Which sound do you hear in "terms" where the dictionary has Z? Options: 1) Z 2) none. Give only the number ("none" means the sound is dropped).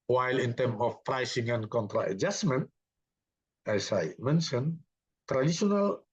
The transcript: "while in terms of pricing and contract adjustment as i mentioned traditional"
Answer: 2